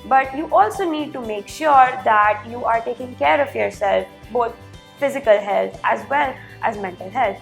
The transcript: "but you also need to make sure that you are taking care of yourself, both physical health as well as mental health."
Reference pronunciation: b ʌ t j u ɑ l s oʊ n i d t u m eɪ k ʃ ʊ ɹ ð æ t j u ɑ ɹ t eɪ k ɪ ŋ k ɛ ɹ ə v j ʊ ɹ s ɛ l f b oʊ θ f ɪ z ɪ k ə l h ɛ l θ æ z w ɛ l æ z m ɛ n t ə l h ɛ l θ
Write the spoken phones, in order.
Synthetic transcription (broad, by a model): b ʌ t j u ɑ l s oʊ n i d t u m eɪ k ʃ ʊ ɹ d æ t j u ɑ ɹ t eɪ k ɪ ŋ k ɛ ɹ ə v j ʊ ɹ s ɛ l f b oʊ t f ɪ z ɪ k ə l h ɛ l t æ z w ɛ l æ z m ɛ n t ə l h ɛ l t